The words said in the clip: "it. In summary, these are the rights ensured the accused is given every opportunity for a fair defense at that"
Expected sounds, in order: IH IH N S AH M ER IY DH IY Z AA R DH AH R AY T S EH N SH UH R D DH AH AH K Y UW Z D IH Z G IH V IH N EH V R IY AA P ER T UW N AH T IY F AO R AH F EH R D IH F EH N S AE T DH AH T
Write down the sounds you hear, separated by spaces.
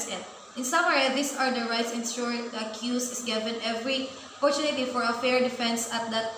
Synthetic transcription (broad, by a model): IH IH N S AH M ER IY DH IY S AA R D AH R AY T S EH N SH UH R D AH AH K Y UW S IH S G IH V IH N EH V R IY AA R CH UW N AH T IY F AO R AH F EH R D IH F EH N S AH T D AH T